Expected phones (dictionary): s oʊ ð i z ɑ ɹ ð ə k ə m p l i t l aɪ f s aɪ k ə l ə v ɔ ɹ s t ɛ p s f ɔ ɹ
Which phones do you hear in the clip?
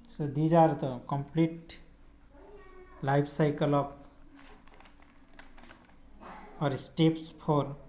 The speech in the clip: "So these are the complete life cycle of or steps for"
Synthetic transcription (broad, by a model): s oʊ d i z ɑ ɹ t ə k ə m p l i t l aɪ p s aɪ k ə l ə p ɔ ɹ s t ɛ p s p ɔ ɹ